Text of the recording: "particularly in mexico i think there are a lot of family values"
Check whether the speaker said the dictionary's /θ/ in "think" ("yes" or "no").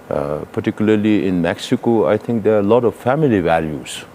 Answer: no